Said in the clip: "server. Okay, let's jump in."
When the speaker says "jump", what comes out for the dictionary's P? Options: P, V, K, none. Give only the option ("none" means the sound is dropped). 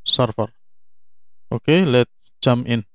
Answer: none